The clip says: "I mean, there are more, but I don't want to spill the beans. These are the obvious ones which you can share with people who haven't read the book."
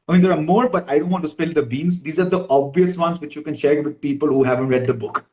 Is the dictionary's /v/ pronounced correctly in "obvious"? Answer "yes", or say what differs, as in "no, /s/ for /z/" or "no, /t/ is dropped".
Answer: yes